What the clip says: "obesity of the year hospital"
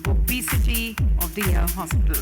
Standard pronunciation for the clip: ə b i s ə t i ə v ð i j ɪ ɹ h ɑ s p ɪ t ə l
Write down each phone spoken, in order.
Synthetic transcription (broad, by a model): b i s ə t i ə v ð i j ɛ l h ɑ s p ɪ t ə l